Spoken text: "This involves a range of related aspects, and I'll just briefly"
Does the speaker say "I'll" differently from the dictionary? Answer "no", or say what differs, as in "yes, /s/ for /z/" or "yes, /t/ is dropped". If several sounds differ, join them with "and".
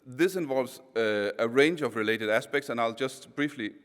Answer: no